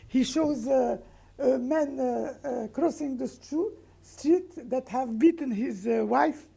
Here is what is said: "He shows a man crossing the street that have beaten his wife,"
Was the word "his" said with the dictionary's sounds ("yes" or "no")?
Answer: yes